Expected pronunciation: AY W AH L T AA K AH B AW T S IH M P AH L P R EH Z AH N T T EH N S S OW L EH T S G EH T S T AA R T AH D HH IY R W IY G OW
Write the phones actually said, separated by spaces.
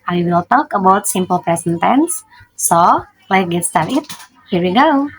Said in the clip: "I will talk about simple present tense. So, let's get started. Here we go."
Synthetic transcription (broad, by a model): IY W AH L T AA K AH B AW T S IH M P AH L P R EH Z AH N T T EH N S S OW L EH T G EH T S T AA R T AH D HH IY R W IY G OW